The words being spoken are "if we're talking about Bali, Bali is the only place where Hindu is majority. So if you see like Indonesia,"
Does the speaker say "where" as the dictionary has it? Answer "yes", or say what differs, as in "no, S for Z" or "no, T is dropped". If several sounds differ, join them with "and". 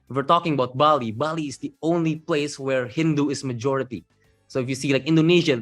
yes